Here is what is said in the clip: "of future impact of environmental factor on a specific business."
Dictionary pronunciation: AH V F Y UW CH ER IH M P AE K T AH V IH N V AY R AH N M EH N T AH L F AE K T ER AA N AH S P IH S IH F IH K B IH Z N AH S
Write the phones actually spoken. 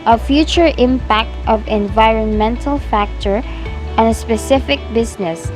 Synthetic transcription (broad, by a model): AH F Y UW CH ER IH M P AE K T AH V IH N V AY R AH N M EH N T AH L F AE K T ER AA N AH S P IH S IH F IH K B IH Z N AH S